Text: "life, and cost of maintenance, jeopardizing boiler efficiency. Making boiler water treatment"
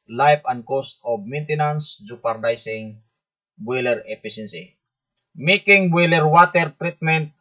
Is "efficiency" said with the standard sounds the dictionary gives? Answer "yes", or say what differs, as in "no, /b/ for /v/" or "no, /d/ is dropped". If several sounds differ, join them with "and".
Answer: no, /s/ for /ʃ/